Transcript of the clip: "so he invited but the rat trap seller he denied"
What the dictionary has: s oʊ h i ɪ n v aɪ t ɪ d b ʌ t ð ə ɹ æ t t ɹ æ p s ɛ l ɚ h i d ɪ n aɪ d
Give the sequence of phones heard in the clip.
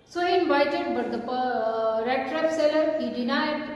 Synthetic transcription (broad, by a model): s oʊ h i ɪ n b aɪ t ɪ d b ʌ t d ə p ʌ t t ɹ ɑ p s ɛ l ɚ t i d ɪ n aɪ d